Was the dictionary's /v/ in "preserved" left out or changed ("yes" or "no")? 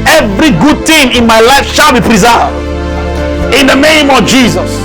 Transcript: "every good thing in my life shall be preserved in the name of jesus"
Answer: yes